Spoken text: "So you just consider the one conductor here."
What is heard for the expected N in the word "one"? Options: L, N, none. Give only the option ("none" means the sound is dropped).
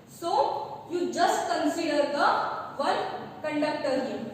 L